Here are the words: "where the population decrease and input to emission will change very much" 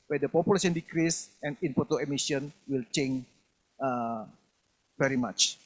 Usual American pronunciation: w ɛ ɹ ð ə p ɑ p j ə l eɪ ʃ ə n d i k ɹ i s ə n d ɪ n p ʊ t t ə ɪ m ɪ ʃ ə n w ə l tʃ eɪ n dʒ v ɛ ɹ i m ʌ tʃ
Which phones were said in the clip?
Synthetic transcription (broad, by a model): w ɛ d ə p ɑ p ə l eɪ s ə n d i k ɹ i s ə n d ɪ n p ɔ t t ə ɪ m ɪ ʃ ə n w ə l tʃ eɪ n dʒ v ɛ ɹ i m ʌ tʃ